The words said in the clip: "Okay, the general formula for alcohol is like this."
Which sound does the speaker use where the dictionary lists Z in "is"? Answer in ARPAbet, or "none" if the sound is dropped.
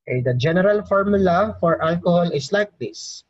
S